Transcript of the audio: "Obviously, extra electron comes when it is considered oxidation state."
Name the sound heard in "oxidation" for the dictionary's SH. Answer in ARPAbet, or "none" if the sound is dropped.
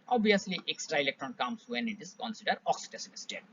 S